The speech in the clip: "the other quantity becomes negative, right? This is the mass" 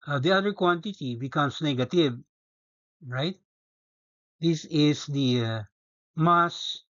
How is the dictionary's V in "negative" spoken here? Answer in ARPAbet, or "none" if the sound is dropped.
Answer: B